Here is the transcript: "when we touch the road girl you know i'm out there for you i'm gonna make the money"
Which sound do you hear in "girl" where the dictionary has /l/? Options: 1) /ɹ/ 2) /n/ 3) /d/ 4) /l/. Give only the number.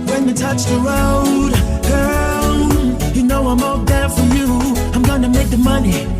2